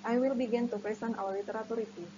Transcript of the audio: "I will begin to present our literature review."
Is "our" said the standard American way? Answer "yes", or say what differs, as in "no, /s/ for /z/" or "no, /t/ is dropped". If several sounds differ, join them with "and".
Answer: no, /w/ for /ɹ/